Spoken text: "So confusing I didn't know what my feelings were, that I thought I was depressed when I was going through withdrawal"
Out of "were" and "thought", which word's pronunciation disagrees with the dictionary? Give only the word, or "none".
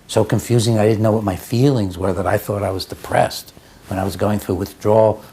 none